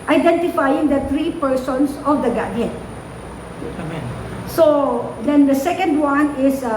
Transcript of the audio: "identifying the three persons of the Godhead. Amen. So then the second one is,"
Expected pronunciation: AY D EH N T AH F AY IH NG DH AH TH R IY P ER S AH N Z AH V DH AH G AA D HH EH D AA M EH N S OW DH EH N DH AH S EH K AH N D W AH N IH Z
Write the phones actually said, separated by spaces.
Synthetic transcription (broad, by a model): AY D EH N T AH F AY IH NG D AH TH R IY P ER S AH N S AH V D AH G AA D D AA EH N S OW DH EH N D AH S EH K AH N D W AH N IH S